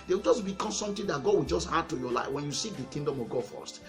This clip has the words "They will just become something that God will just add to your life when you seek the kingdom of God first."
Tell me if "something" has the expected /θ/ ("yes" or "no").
no